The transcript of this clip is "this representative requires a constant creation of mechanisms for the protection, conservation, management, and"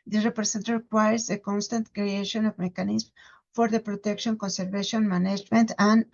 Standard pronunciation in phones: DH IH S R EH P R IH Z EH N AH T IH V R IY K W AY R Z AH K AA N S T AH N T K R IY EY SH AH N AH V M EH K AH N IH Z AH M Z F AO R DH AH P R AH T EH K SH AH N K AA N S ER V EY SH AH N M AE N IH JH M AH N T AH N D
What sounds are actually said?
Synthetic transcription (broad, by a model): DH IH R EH P R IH S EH N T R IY K W AY R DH AH K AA N S T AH N T K R IY EY SH AH N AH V M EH K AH N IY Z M F AO R DH AH P R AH T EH K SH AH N K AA N S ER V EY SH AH N M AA N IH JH M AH N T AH N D